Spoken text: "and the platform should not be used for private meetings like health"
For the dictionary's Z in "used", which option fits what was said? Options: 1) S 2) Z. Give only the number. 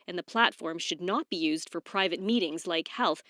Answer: 2